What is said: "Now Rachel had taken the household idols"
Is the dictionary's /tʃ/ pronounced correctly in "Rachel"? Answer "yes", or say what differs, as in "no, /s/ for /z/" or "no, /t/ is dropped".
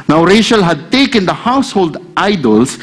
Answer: no, /ʃ/ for /tʃ/